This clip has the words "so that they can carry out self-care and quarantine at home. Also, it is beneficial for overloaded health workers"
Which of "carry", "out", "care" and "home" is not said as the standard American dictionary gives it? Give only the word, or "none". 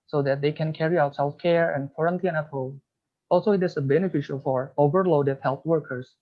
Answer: home